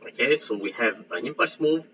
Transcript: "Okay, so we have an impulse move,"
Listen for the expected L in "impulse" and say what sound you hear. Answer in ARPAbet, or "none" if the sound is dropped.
none